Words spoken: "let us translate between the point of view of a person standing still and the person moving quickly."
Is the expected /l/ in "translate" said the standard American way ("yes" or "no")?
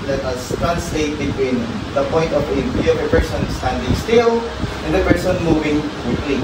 yes